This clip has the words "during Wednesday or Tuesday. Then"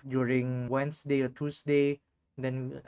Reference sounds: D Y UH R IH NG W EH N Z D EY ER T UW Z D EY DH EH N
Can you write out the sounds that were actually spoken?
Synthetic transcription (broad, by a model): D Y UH R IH NG W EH N S D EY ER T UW S D EY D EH N